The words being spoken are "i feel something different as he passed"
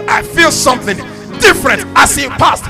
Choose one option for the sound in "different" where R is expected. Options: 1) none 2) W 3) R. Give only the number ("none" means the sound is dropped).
3